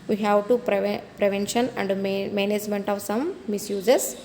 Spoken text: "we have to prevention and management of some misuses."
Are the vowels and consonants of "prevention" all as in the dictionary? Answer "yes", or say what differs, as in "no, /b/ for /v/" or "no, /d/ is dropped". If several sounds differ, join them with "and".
yes